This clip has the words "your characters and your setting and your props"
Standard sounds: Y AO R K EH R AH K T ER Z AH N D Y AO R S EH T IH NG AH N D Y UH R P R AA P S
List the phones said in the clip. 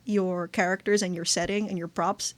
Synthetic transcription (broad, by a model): Y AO R K EH R AH K T ER Z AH N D Y AO R S EH T IH NG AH N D Y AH R P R AA P S